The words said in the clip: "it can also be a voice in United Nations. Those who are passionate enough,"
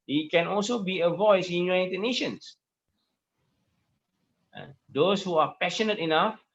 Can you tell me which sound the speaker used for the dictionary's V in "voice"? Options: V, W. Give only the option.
V